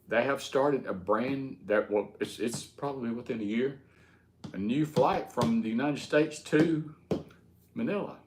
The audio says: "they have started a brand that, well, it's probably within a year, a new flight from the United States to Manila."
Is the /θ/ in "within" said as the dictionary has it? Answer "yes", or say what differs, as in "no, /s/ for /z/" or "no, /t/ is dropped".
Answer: yes